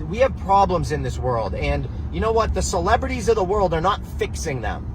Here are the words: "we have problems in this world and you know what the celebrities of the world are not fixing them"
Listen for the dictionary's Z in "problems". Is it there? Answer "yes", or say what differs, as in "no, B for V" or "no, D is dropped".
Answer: yes